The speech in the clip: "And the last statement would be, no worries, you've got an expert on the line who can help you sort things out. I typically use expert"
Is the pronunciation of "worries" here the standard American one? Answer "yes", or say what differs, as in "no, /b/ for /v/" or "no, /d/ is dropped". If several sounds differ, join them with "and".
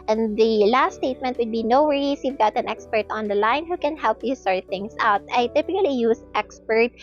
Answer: no, /s/ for /z/